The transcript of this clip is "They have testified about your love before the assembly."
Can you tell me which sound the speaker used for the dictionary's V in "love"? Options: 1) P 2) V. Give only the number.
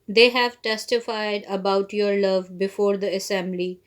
2